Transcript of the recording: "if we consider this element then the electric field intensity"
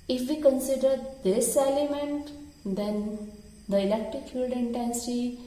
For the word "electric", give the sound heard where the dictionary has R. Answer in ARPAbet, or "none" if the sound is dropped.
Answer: none